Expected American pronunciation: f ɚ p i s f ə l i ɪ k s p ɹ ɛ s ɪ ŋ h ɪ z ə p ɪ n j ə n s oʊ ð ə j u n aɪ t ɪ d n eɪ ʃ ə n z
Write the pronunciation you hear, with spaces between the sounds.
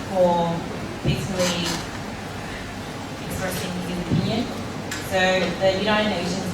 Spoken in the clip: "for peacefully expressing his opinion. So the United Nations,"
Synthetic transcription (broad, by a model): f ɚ b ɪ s ə l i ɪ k s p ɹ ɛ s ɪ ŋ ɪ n ə p ɪ n j ə n s oʊ ð ə j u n aɪ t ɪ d n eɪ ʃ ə n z